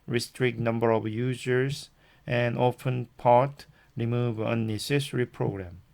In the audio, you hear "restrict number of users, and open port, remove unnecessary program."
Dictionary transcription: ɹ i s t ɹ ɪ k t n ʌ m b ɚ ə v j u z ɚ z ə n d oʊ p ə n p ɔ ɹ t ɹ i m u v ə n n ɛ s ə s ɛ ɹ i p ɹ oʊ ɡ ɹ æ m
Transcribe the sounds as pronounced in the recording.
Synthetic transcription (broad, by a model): ɹ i s t ɹ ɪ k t n ʌ m b ɚ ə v j u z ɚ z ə n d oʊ f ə n p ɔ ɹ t ɹ i m u v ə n n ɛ s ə s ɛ ɹ i p ɹ oʊ ɡ ɹ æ m